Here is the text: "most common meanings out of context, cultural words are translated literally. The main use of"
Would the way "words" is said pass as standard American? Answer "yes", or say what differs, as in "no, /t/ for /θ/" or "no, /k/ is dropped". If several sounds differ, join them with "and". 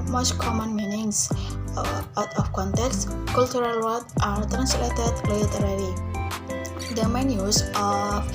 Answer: no, /z/ is dropped